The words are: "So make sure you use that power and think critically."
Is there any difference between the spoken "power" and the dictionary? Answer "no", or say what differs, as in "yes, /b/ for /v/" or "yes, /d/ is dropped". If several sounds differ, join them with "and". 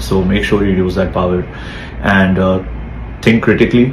no